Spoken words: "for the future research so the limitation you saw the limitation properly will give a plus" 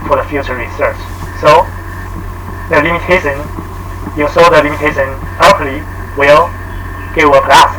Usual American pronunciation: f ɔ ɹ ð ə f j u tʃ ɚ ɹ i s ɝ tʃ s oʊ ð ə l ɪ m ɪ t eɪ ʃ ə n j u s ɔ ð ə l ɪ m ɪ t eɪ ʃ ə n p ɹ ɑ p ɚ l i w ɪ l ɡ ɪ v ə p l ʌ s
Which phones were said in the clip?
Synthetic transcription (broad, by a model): f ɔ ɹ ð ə f j u tʃ ɚ ɹ i s ɝ tʃ s oʊ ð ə l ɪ m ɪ t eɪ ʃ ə n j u s ɔ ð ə l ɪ m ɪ t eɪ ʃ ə n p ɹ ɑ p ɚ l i w ɪ l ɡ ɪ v ə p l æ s